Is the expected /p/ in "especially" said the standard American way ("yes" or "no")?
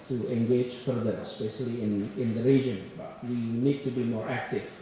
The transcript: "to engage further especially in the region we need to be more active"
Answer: no